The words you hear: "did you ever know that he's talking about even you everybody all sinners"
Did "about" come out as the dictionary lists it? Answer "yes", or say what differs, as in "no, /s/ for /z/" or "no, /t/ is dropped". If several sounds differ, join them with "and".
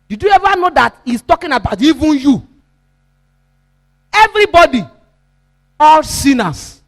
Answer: yes